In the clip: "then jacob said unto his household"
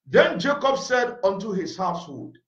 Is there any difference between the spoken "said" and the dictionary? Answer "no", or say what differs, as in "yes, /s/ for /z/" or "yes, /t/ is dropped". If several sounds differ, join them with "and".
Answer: no